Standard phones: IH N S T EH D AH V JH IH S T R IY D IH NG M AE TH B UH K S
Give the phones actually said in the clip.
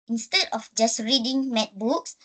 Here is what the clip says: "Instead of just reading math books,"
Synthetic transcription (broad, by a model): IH N S T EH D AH F JH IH S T R IY D IH NG M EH T B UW K S